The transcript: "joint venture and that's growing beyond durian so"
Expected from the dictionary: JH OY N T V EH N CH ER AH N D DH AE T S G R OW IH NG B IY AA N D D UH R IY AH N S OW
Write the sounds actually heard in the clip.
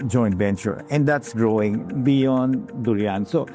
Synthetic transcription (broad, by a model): JH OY N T B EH N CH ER AH N D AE T S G R OW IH NG B IY AA N D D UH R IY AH N S OW